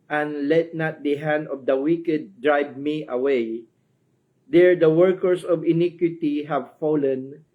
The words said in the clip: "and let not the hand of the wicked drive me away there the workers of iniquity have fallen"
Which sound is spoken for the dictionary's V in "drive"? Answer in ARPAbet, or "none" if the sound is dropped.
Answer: B